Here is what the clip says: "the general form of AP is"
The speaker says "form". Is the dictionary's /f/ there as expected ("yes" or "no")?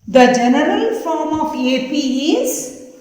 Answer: yes